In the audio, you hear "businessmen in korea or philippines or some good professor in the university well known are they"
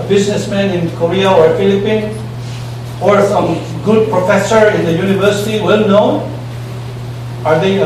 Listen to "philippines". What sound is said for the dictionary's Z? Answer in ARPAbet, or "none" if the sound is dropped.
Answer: none